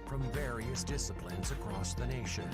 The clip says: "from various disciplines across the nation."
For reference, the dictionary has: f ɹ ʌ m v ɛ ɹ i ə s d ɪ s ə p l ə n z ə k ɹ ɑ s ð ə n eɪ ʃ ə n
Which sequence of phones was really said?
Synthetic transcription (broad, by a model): f ɹ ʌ m v ɛ ɹ i ə s d ɪ s ə p l ə n z ə k ɹ ɑ s ð ə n eɪ ʃ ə n